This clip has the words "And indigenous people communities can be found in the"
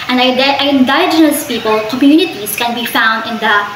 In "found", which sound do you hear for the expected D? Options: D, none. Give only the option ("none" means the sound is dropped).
D